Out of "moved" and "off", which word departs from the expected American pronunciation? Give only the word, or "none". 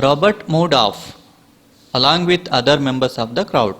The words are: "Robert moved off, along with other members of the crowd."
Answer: moved